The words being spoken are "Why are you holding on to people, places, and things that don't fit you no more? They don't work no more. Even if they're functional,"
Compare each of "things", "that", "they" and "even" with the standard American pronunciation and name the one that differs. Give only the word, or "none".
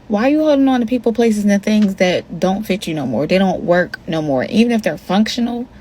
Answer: none